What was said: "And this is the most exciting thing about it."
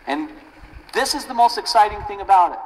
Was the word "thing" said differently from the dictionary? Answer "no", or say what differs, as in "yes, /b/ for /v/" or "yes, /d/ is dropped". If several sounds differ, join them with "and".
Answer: no